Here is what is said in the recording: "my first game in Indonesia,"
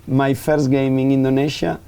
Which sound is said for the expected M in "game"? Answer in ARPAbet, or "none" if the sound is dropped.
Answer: M